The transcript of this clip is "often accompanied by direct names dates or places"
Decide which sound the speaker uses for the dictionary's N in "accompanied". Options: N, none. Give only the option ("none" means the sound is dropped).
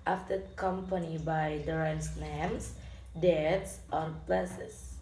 N